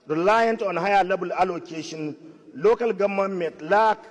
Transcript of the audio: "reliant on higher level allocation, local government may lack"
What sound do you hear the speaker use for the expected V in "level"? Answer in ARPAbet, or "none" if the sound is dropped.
B